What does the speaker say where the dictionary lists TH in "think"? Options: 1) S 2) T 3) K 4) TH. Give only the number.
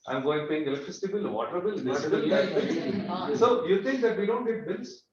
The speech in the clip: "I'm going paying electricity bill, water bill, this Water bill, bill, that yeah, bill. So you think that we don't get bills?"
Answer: 2